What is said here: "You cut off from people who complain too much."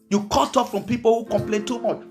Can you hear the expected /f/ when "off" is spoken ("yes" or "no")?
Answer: yes